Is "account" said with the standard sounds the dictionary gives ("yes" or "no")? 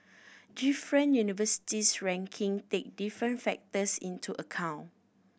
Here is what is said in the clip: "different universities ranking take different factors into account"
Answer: no